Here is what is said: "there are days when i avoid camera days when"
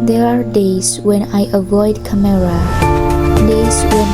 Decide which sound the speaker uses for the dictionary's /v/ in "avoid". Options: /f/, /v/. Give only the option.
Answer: /v/